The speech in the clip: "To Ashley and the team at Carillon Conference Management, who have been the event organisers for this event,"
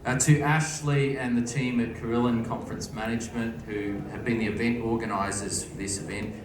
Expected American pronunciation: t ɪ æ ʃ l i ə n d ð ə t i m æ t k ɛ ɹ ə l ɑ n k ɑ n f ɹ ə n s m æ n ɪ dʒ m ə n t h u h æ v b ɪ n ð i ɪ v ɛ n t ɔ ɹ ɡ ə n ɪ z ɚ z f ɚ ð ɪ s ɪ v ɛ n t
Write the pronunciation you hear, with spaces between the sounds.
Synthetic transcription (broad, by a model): t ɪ æ ʃ l i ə n ð ə t i m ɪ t k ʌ ɹ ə l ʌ n k ɑ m f ɹ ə n s m æ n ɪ dʒ m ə n t h u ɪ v b ɪ n ð i ɪ v ɛ n t ɔ ɹ ɡ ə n ɪ z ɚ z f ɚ ð ɪ s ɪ v ɛ n t